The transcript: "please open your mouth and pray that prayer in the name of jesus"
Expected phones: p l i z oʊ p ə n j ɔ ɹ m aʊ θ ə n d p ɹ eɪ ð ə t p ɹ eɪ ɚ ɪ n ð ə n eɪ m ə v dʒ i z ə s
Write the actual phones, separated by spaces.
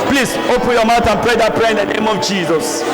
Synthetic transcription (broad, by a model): p l i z oʊ p ə n j ɔ m aʊ t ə n p ɹ eɪ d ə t p ɹ eɪ ɪ n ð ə n eɪ m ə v dʒ i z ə s